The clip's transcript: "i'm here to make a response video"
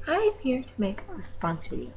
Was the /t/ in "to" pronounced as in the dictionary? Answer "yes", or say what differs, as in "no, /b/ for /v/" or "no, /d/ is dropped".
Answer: yes